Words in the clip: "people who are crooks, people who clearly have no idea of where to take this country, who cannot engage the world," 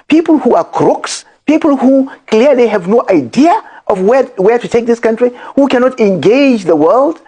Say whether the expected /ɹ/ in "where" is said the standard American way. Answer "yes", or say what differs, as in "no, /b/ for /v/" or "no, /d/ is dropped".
no, /w/ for /ɹ/